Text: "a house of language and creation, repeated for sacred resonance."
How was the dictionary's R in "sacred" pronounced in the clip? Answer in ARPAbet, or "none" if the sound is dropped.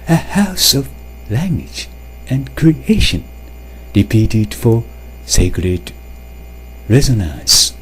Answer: R